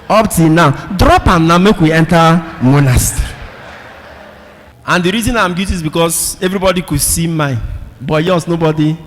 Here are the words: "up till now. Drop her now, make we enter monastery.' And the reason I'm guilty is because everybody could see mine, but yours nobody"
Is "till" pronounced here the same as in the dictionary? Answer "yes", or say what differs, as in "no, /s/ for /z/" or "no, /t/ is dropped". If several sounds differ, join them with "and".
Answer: no, /n/ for /l/